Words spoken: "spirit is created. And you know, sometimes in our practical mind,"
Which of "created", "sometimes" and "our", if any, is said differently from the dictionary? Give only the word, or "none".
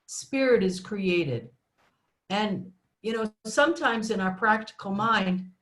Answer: none